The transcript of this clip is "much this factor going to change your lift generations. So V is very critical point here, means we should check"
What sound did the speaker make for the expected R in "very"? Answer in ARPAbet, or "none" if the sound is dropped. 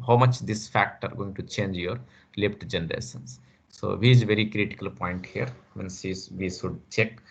R